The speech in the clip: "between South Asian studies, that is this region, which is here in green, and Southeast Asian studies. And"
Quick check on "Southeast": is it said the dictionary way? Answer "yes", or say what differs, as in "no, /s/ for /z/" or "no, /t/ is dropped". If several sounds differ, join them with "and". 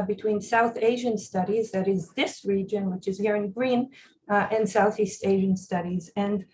yes